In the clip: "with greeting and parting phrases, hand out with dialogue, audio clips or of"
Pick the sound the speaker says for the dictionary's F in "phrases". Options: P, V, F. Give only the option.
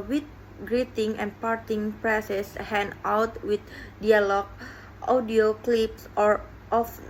P